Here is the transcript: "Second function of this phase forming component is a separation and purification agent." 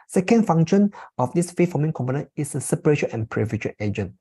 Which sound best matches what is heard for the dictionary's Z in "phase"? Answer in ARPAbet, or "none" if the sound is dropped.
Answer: none